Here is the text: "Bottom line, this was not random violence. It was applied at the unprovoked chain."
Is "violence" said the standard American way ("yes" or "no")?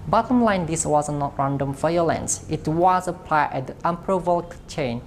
no